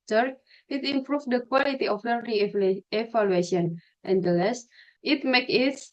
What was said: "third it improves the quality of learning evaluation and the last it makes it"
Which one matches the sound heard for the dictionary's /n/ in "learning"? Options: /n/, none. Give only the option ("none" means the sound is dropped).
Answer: none